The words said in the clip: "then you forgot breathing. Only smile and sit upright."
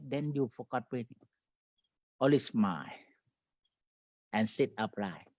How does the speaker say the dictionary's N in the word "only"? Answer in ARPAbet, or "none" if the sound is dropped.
none